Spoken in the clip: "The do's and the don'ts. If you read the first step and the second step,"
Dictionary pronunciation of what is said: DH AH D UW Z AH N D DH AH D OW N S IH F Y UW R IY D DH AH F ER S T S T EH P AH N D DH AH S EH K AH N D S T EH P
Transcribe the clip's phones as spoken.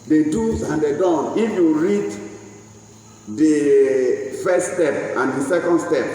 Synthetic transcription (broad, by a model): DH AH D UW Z AH N D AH D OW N IH F Y UW R IY D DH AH F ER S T S T EH P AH N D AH S EH K AH N D S T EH P